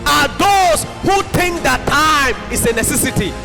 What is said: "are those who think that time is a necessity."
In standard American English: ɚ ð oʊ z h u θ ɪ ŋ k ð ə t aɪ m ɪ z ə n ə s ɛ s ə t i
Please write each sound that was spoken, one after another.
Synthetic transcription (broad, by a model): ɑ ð oʊ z h u t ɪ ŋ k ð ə t aɪ m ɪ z ə n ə s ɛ s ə t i